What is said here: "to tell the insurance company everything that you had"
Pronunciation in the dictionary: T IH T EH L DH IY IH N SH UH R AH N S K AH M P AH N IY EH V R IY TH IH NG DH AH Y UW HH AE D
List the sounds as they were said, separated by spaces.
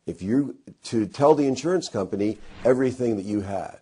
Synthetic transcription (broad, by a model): T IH T EH L DH IY IH N SH UH R AH N S K AH M P AH N IY EH V R IY TH IH NG DH AH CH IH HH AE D